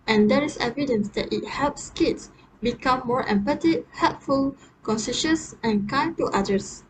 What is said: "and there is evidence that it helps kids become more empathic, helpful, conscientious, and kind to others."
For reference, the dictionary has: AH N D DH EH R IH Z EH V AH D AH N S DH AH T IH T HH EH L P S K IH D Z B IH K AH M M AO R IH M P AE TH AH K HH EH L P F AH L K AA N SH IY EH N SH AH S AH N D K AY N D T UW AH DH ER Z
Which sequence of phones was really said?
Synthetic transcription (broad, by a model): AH N D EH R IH S EH V AH D AH N S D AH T IH T HH EH L P S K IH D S B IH K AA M M AO R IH M P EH T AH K HH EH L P F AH L K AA N S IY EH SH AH S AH N K AY N T UW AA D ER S